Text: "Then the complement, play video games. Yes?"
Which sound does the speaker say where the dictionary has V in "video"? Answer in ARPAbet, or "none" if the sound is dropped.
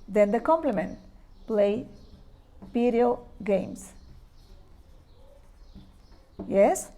P